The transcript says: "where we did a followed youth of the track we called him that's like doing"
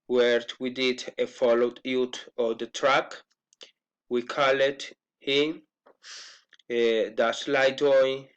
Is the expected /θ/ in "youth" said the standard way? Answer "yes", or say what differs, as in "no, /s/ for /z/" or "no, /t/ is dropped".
no, /t/ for /θ/